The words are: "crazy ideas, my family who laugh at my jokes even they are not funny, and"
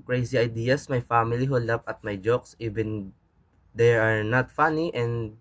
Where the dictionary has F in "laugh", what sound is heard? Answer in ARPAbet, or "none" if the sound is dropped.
P